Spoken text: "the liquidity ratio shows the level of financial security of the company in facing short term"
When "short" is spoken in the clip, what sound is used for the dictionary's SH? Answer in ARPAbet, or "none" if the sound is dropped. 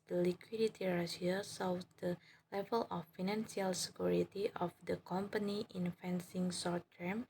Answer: S